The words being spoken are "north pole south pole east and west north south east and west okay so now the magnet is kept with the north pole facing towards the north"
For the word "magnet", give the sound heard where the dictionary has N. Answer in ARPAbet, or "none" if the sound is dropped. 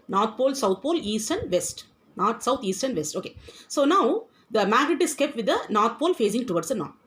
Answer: none